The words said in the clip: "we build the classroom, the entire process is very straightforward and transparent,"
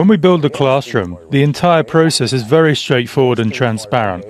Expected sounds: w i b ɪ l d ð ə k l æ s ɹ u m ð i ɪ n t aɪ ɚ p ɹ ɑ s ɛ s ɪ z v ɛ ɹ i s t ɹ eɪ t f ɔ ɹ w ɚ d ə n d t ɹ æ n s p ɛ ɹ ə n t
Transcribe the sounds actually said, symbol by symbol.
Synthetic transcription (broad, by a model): w i b ɪ l d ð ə k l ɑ s ɹ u m ð i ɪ n t aɪ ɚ p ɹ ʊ s ɛ s ɪ z v ɛ ɹ i s t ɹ eɪ t f ɔ w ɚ d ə n t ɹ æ n s p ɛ ɹ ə n t